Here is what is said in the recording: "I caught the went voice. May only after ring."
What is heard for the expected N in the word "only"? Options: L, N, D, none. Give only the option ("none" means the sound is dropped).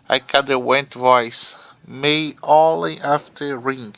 none